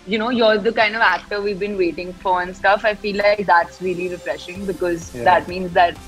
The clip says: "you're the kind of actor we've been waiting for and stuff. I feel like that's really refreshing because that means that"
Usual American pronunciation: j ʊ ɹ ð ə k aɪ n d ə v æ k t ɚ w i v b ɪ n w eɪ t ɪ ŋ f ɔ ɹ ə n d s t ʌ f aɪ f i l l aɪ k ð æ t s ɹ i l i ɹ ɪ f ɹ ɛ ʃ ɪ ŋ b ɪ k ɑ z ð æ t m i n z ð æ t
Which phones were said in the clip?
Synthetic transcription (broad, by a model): j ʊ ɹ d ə k aɪ n d ə v æ k t ɚ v i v b ɪ n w eɪ t ɪ ŋ f ɔ ɹ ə n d s t ʌ f aɪ f i l l aɪ k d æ t s ɹ i l i ɹ ɪ f ɹ ɛ ʃ ɪ ŋ b ɪ k ɑ z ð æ t m i n z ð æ t